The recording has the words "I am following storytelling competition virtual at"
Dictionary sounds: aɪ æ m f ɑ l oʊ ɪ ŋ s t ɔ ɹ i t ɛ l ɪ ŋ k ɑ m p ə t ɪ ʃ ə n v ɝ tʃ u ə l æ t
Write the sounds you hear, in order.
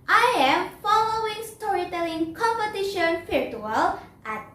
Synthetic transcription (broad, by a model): aɪ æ m f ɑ l oʊ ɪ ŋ s t ɔ ɹ i t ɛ l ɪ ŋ k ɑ m p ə t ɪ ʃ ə n f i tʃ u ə l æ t